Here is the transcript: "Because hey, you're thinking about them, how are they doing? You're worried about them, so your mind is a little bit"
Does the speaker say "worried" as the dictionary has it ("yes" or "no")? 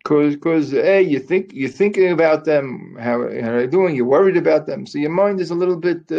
yes